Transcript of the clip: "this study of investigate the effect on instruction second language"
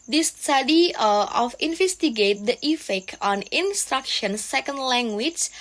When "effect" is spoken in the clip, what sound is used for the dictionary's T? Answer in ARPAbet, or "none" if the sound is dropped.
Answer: none